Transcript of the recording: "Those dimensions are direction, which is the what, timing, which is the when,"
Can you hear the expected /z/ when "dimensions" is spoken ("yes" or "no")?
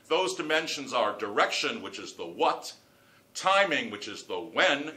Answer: yes